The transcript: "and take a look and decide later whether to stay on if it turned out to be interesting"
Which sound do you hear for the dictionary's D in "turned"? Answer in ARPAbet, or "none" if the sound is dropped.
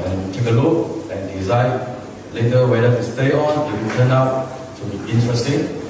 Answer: none